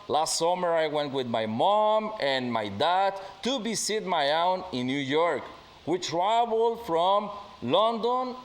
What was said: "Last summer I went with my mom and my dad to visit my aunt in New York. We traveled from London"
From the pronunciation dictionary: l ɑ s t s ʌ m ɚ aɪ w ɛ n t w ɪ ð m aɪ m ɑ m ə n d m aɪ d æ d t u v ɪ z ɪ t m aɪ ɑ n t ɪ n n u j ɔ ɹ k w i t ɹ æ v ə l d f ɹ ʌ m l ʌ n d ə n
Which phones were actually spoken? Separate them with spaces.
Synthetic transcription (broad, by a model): l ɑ s t s ʌ m ɚ aɪ w ɛ n t w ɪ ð m aɪ m ɑ m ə n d m aɪ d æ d t u b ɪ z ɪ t m aɪ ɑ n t ɪ n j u j ɔ ɹ k w i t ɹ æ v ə l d f ɹ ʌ m l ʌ n d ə n